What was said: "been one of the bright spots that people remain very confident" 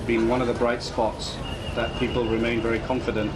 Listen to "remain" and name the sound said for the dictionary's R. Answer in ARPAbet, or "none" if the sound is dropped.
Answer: R